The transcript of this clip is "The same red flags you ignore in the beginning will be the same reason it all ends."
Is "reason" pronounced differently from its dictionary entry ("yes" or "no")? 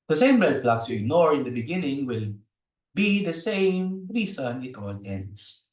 yes